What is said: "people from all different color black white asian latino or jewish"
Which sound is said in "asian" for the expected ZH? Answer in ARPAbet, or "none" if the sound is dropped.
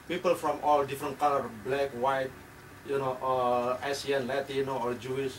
S